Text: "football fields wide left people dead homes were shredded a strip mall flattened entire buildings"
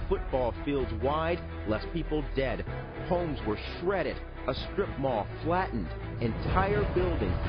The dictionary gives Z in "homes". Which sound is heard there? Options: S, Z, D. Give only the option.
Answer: Z